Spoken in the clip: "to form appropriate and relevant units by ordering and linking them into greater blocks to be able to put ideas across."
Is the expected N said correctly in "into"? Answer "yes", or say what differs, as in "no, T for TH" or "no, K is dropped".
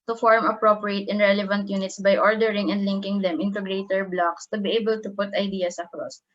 yes